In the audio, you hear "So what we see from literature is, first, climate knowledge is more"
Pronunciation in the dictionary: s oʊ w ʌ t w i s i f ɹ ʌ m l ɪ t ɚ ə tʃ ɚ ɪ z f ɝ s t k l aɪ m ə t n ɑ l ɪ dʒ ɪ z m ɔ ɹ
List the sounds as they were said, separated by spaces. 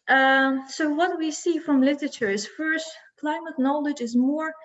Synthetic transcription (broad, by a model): s oʊ w ʌ t w i s i f ɹ ʌ m l ɪ t ɚ ə tʃ ɚ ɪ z f ɝ s t k l aɪ m ə t n ɑ l ɪ dʒ ɪ z m ɔ ɹ